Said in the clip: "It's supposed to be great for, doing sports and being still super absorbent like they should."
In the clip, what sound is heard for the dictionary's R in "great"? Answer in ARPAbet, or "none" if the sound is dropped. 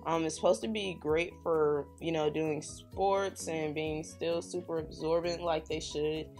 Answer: R